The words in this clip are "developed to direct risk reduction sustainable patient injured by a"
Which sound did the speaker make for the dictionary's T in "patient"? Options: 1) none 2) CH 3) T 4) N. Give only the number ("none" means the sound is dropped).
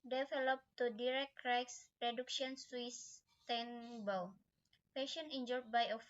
1